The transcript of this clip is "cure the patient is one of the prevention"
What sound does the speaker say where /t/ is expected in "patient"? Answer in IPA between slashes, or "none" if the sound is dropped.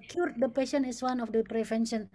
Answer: none